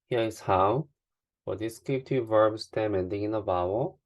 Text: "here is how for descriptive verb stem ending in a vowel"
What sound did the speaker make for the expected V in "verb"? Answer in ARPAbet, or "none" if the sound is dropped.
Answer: V